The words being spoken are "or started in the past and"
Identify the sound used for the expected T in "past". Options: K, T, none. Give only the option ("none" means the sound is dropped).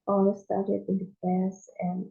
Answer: none